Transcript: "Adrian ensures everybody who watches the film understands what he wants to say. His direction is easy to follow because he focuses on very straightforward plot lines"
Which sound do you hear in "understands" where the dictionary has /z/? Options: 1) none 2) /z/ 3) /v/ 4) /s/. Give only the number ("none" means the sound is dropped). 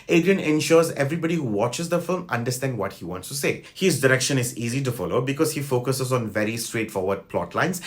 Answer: 1